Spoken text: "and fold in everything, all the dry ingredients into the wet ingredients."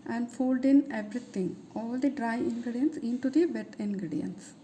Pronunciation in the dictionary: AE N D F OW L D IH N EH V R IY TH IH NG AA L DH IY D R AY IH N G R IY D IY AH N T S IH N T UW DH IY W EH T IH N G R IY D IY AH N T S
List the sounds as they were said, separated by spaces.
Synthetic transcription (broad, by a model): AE N D F OW L D IH N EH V R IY T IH NG AA L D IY D R AY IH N G R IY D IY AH N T S IH N T UW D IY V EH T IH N G R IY D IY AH N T S